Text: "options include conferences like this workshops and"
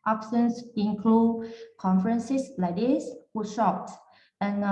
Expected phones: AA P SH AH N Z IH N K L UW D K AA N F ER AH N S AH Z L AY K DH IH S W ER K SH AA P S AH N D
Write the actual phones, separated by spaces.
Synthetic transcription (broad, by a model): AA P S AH N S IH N K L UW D K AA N F ER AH N S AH S L AY K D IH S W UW SH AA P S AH N